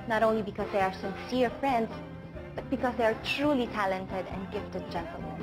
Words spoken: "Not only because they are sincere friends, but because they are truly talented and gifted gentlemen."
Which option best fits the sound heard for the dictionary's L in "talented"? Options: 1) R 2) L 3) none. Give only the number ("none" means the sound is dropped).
2